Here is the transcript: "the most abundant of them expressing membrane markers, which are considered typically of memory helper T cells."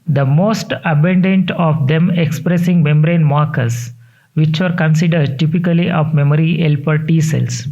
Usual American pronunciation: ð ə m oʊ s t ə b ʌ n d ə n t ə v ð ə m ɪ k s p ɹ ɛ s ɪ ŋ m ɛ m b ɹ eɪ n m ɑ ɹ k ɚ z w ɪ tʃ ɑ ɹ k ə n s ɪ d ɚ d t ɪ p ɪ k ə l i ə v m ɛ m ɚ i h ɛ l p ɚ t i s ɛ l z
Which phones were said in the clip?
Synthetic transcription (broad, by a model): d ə m oʊ s t ə b ʌ n d ə n t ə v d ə m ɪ k s p ɹ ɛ s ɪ ŋ m ɛ m b ɹ eɪ n m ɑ ɹ k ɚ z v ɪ tʃ ɑ ɹ k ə n s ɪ d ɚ d t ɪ p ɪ k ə l i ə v m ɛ m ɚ i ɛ l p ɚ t i s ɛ l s